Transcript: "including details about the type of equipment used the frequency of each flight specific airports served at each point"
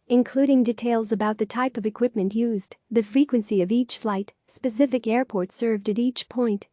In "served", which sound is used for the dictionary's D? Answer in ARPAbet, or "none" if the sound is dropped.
D